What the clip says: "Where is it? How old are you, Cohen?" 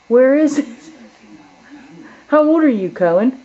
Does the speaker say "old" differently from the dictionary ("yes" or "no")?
no